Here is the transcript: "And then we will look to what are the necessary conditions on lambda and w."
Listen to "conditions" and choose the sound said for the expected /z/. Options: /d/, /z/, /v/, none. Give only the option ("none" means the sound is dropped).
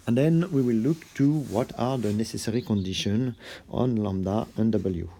none